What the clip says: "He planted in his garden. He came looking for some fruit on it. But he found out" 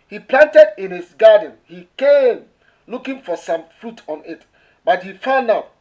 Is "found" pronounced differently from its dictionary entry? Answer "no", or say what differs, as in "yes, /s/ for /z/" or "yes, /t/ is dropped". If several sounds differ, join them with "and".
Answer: yes, /d/ is dropped